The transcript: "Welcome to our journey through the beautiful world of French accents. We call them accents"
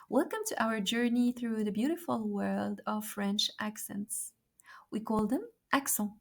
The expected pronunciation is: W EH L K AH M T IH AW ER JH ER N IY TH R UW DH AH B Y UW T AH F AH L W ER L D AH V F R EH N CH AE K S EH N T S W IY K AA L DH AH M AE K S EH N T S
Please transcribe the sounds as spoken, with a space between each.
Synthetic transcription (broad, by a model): W EH L K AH M T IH AW ER JH ER N IY TH R UW DH AH B Y UW T AH F AH L W ER L D AH V F R EH N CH AE K S EH N T S W IY K AA L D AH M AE K S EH